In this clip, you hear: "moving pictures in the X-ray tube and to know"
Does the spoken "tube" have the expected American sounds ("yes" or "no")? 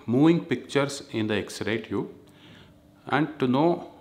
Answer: no